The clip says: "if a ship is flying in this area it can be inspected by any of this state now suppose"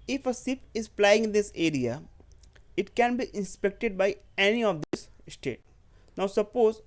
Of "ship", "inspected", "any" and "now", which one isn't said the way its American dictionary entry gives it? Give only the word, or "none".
ship